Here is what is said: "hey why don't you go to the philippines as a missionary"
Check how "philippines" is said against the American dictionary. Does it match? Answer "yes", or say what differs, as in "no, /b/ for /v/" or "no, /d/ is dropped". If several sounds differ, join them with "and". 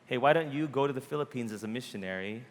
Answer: yes